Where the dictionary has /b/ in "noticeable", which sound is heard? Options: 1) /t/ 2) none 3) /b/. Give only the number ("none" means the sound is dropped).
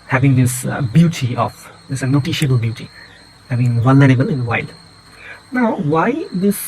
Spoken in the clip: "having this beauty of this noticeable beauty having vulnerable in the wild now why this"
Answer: 2